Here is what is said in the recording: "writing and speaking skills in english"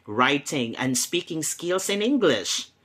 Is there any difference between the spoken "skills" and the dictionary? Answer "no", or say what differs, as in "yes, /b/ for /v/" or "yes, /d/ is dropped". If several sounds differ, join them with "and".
yes, /s/ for /z/